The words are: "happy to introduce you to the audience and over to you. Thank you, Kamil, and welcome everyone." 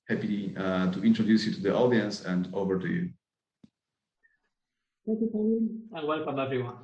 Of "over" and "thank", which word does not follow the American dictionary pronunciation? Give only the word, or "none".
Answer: thank